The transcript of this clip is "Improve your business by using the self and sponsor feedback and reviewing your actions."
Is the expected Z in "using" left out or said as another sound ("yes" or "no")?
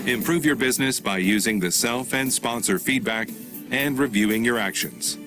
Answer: no